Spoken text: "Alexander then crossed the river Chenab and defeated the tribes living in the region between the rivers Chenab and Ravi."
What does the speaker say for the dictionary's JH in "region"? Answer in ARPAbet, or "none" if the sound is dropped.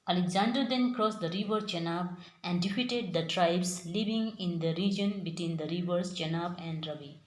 JH